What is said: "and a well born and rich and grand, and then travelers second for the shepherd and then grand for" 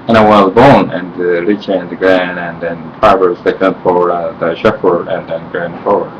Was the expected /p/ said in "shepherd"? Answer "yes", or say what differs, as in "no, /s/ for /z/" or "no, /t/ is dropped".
no, /f/ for /p/